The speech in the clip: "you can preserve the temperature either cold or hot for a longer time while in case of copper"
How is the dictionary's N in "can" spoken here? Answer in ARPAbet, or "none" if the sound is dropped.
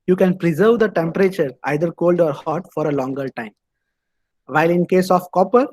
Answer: N